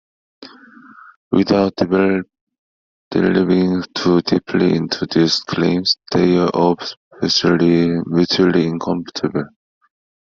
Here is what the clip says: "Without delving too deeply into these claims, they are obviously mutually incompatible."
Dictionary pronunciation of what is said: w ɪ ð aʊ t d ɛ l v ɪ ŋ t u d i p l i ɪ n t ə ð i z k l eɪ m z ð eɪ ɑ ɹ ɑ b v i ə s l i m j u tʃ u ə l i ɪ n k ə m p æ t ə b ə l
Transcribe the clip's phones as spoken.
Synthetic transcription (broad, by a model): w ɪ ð aʊ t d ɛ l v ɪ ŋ t u d i p l i ɪ n t ə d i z k l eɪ m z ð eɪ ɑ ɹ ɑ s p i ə l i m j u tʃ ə l i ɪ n k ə m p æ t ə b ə l